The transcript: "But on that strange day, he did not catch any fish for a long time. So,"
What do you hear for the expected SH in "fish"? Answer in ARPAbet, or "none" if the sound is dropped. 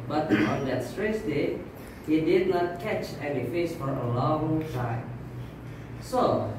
S